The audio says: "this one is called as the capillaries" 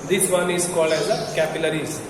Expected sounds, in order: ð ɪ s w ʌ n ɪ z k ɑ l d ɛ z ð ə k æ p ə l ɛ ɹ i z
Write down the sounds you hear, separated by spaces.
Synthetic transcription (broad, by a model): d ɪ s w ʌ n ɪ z k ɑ l ɛ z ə k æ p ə l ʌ ɹ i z